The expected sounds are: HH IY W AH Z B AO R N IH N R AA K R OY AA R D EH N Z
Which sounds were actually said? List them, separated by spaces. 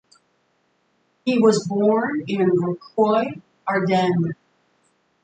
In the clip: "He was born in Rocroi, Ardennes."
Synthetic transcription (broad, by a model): HH IY W AH Z B AO R N IH N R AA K OY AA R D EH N